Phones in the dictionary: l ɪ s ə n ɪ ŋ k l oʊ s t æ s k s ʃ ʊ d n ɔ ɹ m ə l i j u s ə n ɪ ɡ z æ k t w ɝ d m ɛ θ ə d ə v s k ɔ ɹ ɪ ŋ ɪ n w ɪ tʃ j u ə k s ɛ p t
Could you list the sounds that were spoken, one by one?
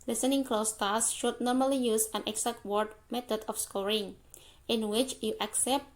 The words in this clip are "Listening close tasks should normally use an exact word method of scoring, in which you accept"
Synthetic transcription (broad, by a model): l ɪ s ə n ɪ ŋ k l oʊ s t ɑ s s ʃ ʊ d n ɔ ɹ m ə l i j u s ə n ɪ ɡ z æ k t w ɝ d m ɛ t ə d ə f s k ɔ ɹ ɪ ŋ ɪ n w ɪ tʃ j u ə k s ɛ p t